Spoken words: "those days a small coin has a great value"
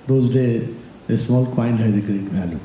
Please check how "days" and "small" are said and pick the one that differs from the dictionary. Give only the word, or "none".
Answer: days